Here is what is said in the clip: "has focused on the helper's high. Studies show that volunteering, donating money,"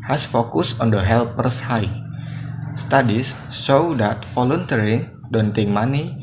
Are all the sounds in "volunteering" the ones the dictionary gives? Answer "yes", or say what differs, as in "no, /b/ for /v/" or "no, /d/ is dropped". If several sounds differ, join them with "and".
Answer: no, /f/ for /v/